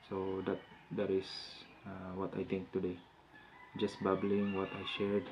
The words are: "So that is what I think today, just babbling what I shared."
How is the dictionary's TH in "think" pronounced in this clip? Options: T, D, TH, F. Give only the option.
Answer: T